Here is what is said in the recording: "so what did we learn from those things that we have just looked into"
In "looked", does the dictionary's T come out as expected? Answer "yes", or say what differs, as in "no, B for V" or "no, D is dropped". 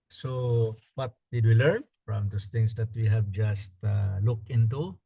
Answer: no, T is dropped